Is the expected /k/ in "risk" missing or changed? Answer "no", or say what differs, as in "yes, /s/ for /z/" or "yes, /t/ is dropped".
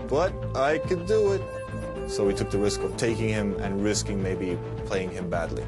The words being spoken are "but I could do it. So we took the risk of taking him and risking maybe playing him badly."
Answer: no